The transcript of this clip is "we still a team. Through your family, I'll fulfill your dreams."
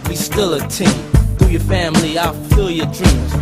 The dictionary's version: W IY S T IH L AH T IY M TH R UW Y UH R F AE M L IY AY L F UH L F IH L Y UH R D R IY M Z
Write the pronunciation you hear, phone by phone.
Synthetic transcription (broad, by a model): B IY S T IH L AH T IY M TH UW Y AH R F AE M L IY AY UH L F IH L Y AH R D R IY M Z